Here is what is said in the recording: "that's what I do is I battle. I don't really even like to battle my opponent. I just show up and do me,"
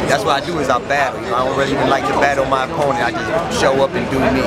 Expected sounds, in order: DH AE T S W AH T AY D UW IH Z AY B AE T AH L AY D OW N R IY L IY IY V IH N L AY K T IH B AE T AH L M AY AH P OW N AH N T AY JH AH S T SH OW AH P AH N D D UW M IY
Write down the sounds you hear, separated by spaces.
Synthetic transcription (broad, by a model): DH AE T S W AH T AY D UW IH Z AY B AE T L AY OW L R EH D IY IY V IH N L AY K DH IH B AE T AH N M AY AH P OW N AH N AY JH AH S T SH OW AH P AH N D D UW M IY